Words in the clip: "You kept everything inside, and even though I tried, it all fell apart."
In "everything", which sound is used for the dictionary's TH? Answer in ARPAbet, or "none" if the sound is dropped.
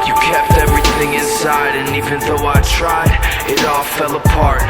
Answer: TH